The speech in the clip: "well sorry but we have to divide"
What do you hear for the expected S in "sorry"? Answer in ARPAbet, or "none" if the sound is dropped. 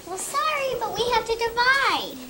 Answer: S